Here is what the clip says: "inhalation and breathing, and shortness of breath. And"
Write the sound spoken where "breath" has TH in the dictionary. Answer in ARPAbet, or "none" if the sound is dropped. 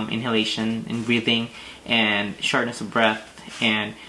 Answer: TH